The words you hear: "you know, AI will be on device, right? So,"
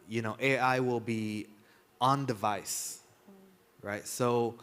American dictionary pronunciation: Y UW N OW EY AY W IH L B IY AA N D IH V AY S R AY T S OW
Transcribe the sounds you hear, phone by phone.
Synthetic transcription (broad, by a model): Y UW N OW EY AY W IH L B IY AA N D IH V AY S R AY T S OW